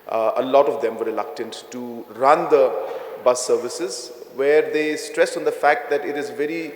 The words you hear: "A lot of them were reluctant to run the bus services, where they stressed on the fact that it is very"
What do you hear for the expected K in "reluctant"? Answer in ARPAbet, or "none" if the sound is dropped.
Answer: K